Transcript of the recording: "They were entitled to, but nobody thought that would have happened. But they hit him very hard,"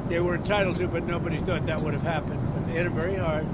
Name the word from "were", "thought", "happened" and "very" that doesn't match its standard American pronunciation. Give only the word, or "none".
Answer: none